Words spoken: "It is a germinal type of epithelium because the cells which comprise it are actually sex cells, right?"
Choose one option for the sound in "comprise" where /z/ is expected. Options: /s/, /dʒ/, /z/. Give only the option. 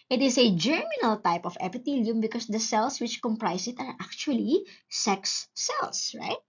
/s/